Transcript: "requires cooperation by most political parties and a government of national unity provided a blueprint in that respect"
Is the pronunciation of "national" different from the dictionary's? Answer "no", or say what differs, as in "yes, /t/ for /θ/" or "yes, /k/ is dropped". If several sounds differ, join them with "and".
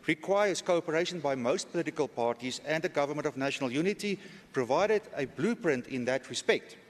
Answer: no